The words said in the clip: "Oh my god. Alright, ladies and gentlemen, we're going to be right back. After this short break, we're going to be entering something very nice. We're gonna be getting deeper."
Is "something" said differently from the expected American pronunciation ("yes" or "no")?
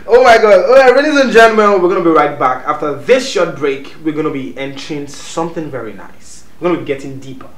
no